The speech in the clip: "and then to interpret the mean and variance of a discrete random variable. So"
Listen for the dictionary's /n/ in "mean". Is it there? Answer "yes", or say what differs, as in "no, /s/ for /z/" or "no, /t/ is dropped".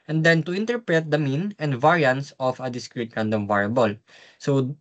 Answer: yes